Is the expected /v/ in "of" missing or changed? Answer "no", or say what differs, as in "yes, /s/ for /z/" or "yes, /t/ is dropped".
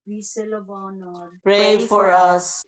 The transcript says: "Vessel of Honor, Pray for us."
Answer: yes, /b/ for /v/